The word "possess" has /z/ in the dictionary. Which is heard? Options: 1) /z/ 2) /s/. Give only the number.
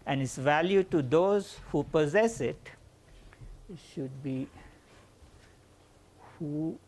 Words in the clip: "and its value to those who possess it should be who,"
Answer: 1